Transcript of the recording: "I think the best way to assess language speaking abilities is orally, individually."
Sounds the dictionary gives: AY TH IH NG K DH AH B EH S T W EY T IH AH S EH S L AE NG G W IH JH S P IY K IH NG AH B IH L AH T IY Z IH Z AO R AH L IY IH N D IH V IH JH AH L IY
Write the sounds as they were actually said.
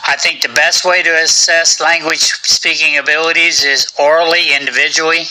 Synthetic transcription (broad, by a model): AY TH IH NG K DH AH B EH S T W EY T IH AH S EH S L AE NG G W IH JH S P IY K IH NG AH B IH L AH T IY Z IH Z AO R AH L IY IH N D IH V IH JH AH L IY